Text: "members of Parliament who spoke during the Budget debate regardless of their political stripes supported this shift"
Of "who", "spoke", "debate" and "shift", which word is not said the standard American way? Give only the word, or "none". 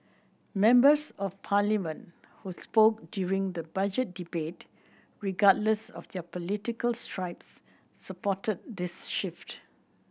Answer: none